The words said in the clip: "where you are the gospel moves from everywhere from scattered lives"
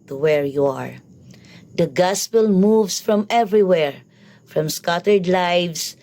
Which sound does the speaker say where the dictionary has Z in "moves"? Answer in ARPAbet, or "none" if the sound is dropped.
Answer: S